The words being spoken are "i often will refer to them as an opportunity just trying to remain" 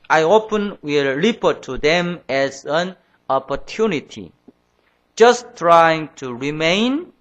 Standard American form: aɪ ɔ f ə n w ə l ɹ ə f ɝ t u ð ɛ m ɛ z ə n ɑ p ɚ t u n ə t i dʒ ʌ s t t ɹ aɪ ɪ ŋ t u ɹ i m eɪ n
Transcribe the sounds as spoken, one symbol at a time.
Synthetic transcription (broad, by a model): aɪ ɔ p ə n w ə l l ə p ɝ t u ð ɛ m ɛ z ə n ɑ p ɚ t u n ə t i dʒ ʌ s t t ɹ aɪ ɪ ŋ t u ɹ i m eɪ n